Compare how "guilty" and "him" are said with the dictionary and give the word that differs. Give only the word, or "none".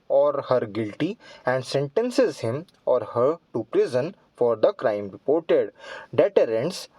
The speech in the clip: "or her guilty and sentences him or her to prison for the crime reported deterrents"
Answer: none